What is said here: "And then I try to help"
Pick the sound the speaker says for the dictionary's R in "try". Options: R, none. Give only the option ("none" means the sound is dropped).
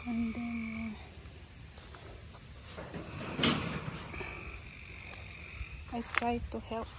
none